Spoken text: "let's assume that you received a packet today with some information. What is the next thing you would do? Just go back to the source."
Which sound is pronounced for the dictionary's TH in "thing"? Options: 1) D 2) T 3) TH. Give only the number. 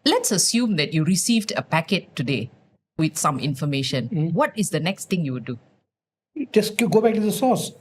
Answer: 2